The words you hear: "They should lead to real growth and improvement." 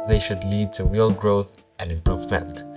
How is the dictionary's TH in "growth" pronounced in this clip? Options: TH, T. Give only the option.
TH